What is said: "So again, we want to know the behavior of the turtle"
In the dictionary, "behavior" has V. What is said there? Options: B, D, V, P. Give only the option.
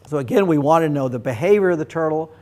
V